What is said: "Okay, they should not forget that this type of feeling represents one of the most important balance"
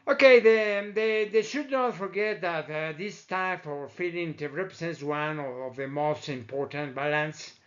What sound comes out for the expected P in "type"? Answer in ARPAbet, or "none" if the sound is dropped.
F